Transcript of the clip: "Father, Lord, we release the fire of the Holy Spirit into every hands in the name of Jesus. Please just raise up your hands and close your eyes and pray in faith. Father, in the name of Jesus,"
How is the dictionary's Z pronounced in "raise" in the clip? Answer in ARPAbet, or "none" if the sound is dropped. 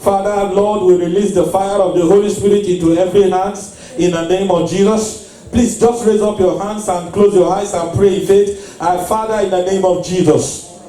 Z